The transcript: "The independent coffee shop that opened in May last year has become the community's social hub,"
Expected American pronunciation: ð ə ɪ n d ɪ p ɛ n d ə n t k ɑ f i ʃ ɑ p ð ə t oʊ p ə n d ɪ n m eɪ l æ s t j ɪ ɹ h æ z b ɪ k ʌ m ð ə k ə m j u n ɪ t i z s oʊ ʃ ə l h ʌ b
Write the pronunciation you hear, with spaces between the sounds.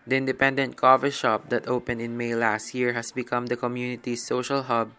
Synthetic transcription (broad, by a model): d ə ɪ n d ɪ p ɛ n d ə n t k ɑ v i ʃ ɑ p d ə t oʊ p ə n d ɪ n m eɪ l æ s t j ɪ ɹ h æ s b ɪ k ʌ m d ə k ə m j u n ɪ t i s oʊ ʃ ə l h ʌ b